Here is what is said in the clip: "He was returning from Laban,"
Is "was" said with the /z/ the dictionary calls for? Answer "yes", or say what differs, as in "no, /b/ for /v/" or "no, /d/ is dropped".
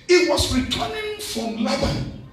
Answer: no, /s/ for /z/